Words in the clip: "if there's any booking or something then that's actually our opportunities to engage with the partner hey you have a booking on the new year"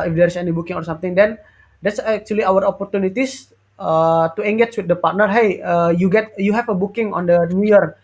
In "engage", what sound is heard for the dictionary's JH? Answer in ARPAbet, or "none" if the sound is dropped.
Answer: CH